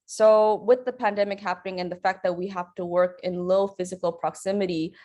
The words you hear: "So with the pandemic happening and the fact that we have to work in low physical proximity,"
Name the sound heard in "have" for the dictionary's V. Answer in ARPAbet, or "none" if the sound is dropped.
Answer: F